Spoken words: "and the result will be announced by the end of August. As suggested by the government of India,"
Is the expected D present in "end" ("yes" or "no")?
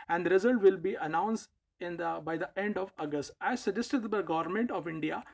yes